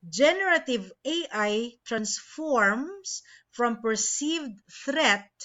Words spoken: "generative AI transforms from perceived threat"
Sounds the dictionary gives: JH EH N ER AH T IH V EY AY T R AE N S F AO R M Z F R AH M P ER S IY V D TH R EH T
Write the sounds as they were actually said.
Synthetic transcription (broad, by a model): JH EH N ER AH T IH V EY AY T R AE N S F AO R M S F R AH M P ER S IY V D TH R EH T